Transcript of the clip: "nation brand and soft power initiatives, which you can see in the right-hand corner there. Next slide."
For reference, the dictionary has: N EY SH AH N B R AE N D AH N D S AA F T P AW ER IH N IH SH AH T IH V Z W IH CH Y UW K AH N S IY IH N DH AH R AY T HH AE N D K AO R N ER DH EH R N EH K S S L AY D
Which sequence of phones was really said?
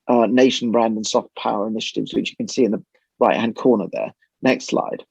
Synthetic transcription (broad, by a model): N EY SH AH N B R AE N D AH N S AA F T P AW ER IH N IH SH AH T IH V Z W IH CH Y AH K AH N S IY IH N DH AH R AY T HH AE N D K AO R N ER DH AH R N EH K S S L AY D